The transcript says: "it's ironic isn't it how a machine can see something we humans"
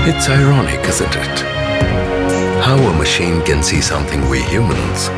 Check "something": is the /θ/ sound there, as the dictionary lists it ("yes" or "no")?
yes